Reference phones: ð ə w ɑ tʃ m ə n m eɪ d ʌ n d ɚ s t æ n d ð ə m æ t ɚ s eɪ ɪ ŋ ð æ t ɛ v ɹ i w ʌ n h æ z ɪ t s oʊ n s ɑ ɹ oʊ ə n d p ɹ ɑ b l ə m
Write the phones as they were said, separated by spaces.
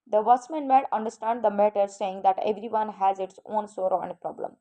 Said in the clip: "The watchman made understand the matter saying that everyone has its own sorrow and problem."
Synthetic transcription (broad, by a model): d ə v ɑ s m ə n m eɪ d ʌ n d ɚ s t æ n d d ə m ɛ t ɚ s eɪ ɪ ŋ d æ t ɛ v ɹ i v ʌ n h æ z ɪ t s oʊ n s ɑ ɹ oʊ ə n d p ɹ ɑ b l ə m